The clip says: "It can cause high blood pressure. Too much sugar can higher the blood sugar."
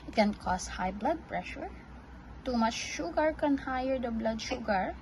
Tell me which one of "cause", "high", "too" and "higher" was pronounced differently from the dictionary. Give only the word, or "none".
cause